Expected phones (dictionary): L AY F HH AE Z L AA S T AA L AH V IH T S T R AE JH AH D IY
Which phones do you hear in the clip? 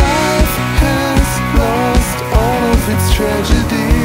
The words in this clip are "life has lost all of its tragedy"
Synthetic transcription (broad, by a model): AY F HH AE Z L AA S T AA L AH V IH T S T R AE JH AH D IY